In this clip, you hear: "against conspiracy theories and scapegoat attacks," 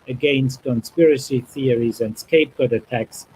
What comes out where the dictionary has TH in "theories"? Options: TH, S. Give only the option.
TH